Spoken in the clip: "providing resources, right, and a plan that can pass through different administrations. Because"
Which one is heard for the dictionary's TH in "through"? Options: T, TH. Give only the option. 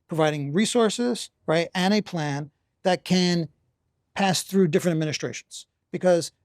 TH